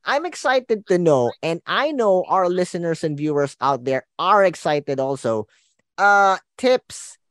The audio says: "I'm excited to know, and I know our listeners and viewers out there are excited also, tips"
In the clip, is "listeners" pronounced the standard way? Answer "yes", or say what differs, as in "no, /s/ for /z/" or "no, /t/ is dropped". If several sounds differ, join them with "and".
no, /s/ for /z/